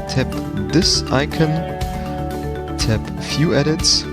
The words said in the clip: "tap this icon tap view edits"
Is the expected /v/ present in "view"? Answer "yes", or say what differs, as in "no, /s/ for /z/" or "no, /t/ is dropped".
no, /f/ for /v/